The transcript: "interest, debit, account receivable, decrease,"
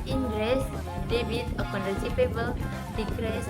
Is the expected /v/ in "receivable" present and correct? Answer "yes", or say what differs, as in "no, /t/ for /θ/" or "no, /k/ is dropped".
no, /p/ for /v/